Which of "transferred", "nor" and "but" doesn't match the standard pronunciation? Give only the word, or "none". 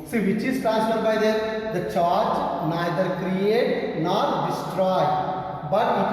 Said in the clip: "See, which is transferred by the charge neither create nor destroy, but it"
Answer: transferred